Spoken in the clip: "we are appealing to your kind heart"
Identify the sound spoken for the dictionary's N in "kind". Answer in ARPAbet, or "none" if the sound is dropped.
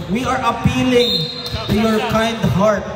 N